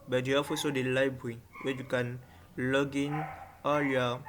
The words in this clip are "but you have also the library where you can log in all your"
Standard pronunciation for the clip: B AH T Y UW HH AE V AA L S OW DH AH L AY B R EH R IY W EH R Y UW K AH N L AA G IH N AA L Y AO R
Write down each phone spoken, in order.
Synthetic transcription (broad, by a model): B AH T Y UW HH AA F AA S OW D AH L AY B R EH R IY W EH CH Y UW K AH N L AA G IH N AA L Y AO